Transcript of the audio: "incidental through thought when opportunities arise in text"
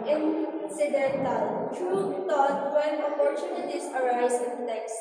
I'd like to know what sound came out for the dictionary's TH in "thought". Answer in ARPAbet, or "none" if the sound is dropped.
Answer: T